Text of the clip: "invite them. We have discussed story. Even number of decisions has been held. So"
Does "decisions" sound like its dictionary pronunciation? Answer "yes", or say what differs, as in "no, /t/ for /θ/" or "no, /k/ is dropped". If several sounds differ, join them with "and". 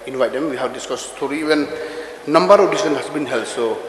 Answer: no, /s/ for /ʒ/ and /z/ is dropped